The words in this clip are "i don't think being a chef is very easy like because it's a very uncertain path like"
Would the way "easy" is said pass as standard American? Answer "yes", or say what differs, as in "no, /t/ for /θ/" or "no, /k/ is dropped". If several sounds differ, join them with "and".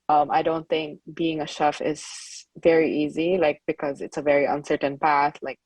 yes